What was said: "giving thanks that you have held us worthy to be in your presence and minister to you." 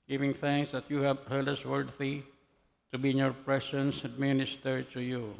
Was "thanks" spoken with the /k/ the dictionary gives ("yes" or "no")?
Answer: yes